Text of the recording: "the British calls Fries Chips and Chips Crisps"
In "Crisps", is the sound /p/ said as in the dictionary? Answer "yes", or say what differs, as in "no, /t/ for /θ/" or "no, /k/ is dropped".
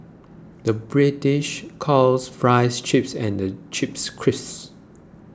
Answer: no, /p/ is dropped